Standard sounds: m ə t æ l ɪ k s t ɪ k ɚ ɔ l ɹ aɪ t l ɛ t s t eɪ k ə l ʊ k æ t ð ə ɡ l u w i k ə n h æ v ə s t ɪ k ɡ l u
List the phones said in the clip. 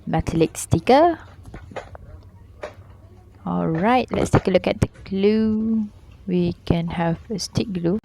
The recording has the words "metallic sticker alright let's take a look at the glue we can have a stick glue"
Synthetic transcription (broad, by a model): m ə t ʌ l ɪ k s t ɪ k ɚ ɔ l ɹ aɪ t l ɛ t s t eɪ k ə l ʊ k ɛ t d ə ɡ l u w i k ə n h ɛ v ə s t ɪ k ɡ l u